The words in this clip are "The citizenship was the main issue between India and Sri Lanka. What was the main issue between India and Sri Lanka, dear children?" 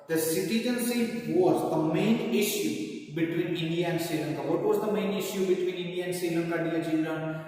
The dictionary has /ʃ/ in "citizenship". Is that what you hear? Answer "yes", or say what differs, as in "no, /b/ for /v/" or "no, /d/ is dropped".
no, /s/ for /ʃ/